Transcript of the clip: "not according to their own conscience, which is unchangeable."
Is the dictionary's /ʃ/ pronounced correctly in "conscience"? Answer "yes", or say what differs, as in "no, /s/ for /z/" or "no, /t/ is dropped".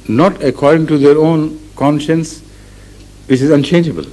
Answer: yes